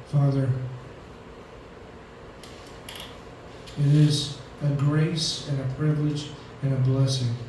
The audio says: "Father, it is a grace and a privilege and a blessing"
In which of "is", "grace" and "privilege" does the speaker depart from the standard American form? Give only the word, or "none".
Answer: none